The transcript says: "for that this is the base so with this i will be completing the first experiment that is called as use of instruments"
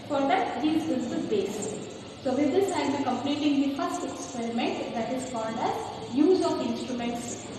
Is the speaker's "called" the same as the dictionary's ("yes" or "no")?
no